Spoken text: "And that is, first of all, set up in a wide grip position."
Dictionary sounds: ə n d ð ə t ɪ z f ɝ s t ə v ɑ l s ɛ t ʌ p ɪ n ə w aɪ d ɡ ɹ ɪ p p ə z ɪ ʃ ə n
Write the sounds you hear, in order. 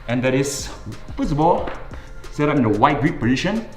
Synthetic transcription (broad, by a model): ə n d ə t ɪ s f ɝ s ə b ɑ l s ɛ t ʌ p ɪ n ə w aɪ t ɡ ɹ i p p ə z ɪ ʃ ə n